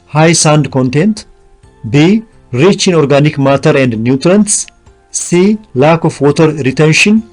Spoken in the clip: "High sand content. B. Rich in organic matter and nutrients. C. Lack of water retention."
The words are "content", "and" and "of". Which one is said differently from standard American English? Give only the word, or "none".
of